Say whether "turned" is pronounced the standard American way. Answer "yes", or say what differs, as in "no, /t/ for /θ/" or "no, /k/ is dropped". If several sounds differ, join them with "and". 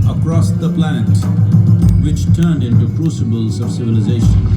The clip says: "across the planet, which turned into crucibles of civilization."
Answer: yes